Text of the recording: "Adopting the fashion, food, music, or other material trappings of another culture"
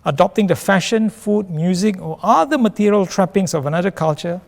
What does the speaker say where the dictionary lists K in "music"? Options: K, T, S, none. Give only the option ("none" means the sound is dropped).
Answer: K